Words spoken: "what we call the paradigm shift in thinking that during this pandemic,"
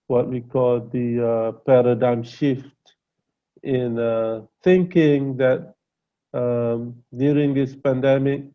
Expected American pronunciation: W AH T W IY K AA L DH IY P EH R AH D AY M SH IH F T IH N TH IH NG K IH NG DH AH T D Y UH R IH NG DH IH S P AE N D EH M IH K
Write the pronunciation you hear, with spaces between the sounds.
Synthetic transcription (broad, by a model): W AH T W IY K AA L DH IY P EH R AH D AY M SH IH F T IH N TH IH NG K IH NG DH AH T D Y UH R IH NG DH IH S P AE N D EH M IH K